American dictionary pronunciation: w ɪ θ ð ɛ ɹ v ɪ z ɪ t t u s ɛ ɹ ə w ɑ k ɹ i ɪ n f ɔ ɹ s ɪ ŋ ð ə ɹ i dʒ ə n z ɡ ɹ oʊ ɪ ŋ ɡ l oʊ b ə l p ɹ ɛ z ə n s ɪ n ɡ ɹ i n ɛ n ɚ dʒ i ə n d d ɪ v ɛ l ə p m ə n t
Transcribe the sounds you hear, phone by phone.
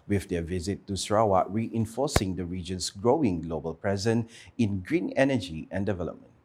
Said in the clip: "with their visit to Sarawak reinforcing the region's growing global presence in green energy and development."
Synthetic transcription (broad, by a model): w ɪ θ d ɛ v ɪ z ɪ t t u s ɹ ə w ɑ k ɹ i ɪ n f ɔ s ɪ ŋ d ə ɹ i dʒ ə n s ɡ ɹ oʊ ɪ ŋ ɡ l oʊ b ə l p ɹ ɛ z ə n ɪ n ɡ ɹ i n ɛ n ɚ dʒ i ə n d d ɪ v ɛ l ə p m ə n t